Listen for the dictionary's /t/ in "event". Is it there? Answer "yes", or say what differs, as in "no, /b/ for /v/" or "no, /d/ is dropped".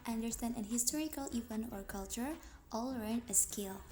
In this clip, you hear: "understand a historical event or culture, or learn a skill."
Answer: no, /t/ is dropped